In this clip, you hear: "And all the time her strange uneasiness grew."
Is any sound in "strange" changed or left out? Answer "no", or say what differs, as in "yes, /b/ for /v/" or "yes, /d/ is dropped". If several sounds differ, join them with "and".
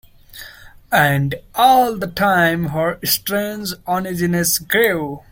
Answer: no